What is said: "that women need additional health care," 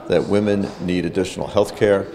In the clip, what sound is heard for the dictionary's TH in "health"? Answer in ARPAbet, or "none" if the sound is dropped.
TH